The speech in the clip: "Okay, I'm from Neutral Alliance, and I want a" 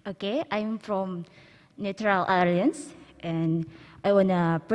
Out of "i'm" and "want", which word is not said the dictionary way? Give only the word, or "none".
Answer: want